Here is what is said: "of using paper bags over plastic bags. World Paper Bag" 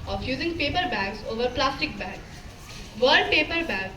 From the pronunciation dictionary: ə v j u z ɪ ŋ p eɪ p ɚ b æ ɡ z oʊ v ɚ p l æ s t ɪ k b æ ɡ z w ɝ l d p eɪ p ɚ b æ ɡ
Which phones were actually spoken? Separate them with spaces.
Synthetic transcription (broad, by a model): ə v j u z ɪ ŋ p eɪ p ɚ b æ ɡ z oʊ v ɚ p l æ s t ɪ k b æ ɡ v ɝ d p eɪ p ɚ b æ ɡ